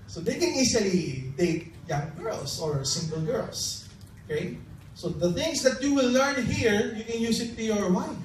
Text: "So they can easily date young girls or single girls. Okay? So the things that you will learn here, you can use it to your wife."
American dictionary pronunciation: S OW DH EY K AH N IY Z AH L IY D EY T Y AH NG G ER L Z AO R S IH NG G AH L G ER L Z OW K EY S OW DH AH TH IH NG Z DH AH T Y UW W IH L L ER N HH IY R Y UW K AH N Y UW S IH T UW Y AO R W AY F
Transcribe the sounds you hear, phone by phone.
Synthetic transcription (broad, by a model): S OW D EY K AH N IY S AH L IY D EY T Y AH NG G ER L S AO R S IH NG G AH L G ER L S OW K EY S OW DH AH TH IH NG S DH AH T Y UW W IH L L ER N HH IY R Y UW K AH N Y UW S IH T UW Y AO R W AY